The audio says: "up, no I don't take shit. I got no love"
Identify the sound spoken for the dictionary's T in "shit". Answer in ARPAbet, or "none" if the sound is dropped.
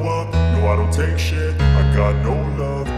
none